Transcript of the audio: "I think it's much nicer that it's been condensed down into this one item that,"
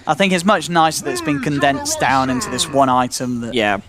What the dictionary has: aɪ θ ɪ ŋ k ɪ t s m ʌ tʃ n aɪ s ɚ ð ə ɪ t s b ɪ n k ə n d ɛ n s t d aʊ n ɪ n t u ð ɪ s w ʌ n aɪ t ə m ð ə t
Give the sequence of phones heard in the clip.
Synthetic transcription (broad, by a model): aɪ θ ɪ ŋ k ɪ t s m ʌ tʃ n aɪ s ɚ ð ə ɪ t s b ɪ n k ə n d ɛ n s d aʊ n ɪ n t u ð ɪ s w ʌ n aɪ t ə m ð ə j